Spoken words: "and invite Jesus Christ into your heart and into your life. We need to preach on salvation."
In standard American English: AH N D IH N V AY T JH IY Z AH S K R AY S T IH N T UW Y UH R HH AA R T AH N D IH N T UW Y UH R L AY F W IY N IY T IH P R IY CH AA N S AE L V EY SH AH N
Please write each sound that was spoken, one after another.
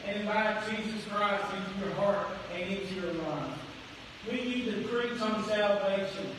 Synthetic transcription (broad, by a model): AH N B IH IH JH IY Z AH S K R AY S T IH N T UW Y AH R HH AA R T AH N IH N T UW Y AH R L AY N W IY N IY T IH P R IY S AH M S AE L V EY SH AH N